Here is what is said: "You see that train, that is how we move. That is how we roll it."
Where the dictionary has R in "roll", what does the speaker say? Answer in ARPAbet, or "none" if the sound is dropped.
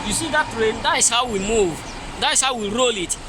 R